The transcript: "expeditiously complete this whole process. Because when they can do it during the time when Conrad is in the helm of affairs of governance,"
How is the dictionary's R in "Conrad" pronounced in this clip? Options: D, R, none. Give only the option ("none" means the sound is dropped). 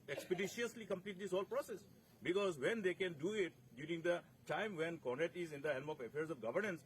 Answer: none